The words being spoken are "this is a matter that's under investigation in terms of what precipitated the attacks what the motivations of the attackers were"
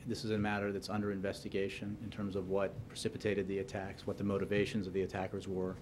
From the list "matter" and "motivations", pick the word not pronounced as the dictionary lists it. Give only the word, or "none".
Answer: none